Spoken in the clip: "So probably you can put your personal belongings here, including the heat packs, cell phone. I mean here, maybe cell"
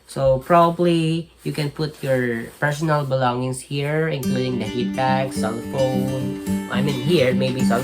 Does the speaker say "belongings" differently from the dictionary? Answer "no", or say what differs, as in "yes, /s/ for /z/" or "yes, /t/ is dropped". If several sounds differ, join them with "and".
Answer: yes, /s/ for /z/